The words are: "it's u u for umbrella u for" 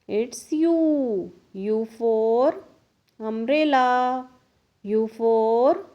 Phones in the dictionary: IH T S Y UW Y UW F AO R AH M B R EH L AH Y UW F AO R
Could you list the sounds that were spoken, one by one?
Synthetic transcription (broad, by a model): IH T S Y UW Y UW F AO R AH M R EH L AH Y UW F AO R